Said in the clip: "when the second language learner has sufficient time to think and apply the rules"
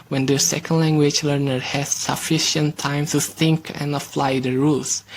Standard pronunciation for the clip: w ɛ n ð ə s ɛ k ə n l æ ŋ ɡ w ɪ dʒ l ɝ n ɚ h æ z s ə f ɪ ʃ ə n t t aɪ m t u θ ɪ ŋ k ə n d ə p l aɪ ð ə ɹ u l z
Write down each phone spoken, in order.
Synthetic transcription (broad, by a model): w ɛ n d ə s ɛ k ə n l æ ŋ ɡ w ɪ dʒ l ɝ n ɚ h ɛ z s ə f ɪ ʃ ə n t t aɪ m t u θ ɪ ŋ k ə n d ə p l aɪ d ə ɹ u l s